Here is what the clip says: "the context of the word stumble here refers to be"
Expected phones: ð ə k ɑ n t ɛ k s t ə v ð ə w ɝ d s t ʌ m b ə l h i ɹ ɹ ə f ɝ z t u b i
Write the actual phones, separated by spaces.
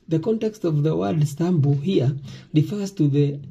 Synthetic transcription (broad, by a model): ð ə k ɑ n t ɛ k s t ə v ð ə w ɝ d s t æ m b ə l h i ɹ ɹ ə f ɝ z t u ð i